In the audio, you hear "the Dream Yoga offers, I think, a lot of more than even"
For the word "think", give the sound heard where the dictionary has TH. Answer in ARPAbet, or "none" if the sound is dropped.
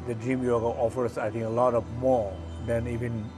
T